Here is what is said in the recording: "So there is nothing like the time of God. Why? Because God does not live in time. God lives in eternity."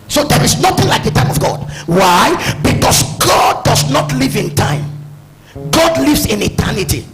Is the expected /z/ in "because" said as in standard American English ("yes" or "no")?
no